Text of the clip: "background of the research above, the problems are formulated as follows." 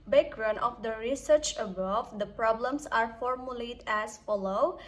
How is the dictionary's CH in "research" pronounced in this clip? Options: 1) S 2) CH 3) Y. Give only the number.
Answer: 2